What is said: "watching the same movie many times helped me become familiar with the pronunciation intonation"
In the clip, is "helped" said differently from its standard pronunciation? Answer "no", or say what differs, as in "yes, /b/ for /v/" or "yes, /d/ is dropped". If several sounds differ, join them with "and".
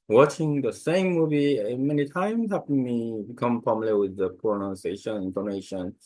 yes, /l/ is dropped